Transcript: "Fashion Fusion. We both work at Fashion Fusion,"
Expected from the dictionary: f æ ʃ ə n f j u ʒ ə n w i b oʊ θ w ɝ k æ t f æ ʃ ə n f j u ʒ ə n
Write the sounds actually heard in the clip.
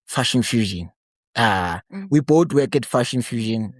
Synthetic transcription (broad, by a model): f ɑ ʃ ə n f j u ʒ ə n w i b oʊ t w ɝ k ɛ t f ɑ ʃ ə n f j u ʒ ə n